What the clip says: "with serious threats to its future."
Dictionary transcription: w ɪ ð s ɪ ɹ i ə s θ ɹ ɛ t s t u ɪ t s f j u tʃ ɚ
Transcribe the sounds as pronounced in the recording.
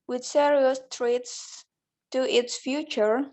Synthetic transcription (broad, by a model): w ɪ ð s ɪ ɹ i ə s t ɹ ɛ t s t u ɪ t s f j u tʃ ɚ